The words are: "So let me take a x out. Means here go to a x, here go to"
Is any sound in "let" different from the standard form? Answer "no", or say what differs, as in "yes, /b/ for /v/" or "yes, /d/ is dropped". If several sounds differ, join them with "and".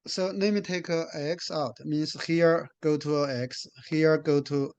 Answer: yes, /n/ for /l/